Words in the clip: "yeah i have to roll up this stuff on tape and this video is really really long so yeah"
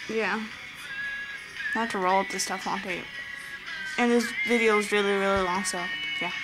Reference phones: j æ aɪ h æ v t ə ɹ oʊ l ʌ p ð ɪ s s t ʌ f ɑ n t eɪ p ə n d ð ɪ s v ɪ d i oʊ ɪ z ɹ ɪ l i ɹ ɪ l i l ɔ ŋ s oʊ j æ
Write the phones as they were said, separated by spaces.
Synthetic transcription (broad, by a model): j æ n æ t ə ɹ oʊ l ʌ p ð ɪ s s t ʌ f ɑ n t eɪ ə n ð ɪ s v ɪ d i oʊ ɪ z ɹ ɪ l i ɹ ɪ l i l ɔ ŋ s oʊ j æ